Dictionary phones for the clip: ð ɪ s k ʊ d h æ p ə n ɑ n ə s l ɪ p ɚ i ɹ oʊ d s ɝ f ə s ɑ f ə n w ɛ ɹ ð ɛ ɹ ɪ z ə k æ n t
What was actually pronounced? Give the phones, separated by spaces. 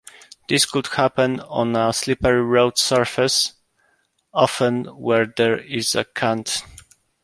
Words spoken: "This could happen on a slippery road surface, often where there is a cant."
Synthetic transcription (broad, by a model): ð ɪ s k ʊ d h æ p ə n ɑ n ə s l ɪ p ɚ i ɹ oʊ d s ɝ f ə s ɑ f ə n w ɛ ɹ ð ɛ ɹ ɪ z ə k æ n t